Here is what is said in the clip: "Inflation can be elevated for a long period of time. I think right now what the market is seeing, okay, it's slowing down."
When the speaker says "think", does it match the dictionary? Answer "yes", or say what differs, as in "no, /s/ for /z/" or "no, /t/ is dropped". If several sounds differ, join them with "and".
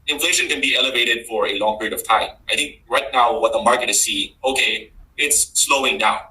yes